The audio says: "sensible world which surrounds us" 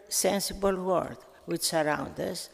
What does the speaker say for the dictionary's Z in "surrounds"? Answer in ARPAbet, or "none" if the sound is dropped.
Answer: none